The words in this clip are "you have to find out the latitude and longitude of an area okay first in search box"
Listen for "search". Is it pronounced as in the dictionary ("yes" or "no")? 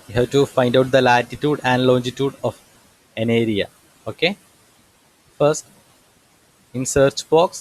yes